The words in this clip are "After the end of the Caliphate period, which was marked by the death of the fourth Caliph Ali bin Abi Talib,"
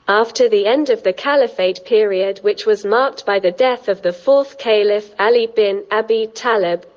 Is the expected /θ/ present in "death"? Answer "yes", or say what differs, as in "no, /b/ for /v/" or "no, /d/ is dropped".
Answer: yes